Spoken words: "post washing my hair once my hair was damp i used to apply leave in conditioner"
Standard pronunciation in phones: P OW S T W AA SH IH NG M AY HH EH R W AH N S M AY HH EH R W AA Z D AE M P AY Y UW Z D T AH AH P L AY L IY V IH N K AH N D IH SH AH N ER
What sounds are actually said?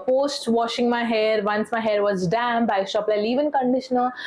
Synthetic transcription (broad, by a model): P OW S T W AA SH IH NG M AY HH EH R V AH N S M AY HH EH R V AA Z D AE M B AY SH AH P L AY L IY V IH N K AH N D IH SH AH N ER